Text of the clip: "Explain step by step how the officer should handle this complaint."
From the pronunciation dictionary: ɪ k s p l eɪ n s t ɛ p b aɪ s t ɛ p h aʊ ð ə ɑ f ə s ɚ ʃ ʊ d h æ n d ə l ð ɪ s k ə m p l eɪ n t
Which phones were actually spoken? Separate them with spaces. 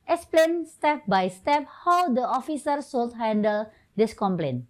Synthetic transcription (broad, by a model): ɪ k s p l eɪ n s t ɛ p b aɪ s t ɛ p h aʊ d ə ɑ f ə s ɚ s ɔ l h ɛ n d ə l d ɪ s k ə m p l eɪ n